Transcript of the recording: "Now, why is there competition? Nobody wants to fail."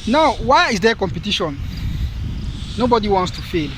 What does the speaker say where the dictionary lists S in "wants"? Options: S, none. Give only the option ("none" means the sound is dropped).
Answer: S